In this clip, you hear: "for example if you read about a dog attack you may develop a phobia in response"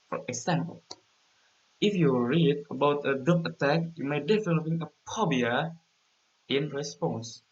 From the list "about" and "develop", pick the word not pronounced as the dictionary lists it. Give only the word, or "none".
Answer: develop